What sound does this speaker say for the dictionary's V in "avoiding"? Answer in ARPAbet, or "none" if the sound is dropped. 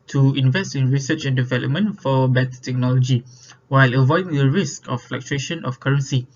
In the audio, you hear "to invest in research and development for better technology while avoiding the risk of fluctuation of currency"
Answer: V